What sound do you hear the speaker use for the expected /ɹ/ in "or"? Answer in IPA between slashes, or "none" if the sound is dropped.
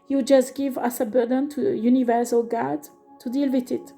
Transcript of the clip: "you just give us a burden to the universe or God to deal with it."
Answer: /l/